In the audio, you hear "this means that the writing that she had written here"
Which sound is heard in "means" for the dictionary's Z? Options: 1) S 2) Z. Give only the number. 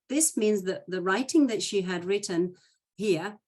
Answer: 2